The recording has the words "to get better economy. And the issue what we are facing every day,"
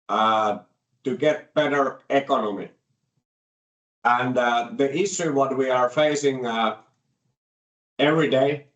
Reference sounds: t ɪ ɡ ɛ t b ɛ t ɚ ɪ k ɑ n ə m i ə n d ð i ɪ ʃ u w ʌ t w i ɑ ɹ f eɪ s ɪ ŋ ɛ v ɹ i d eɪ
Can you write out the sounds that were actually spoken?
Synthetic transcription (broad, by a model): t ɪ ɡ ɛ t b ɛ t ɚ ɪ k ɑ n ə m i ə n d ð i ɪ s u w ʌ t w i ɑ ɹ f eɪ s ɪ ŋ ɛ v ɹ i d eɪ